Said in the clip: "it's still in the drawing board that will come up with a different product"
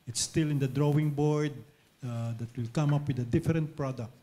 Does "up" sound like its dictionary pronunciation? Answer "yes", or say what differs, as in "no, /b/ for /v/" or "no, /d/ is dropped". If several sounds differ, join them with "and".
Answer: yes